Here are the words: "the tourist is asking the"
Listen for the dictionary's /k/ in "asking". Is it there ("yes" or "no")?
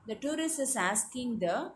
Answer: yes